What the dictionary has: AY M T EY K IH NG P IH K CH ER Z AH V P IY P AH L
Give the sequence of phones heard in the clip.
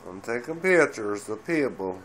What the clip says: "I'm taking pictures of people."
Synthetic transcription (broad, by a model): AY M T EY K IH NG P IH CH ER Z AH P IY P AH L